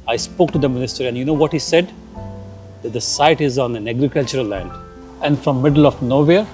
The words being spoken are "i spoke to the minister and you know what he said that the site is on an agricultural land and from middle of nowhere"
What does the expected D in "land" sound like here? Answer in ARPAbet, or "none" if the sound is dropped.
D